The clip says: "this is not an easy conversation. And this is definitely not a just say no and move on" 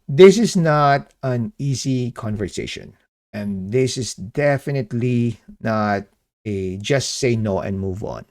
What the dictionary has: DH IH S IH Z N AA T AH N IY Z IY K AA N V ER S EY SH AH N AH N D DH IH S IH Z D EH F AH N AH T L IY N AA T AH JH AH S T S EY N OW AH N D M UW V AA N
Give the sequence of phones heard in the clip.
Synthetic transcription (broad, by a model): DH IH S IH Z N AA T AH N IY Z IY K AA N V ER S EY SH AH N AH N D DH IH S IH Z D EH F AH N AH T L IY N AA T AH JH AH S T S EY N OW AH N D M UW V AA N